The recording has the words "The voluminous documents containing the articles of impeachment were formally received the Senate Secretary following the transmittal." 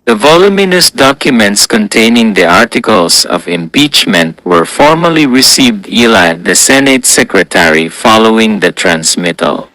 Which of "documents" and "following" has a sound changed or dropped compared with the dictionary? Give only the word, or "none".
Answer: none